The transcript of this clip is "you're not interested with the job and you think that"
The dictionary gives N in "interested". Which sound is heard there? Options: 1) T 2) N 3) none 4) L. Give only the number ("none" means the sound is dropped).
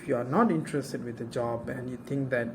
2